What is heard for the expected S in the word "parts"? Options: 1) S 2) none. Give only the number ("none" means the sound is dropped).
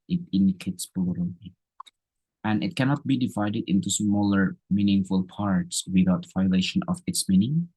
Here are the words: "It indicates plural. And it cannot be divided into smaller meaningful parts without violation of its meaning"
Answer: 1